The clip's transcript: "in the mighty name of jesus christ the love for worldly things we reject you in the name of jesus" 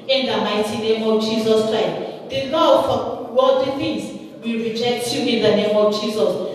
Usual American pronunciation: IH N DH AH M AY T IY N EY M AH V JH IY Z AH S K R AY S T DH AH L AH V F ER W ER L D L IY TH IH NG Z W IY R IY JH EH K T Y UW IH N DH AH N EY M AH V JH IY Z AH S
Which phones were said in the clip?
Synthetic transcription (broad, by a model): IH N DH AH M AY T IY N EY M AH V JH IY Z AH S K R AY S T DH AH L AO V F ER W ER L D IY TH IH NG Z W IY R IY JH EH K T Y UW IH N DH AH N EY M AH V JH IY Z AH S